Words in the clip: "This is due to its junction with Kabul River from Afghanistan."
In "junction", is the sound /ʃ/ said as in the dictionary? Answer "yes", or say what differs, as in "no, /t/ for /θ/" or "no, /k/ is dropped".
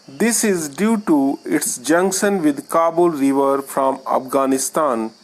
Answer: no, /s/ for /ʃ/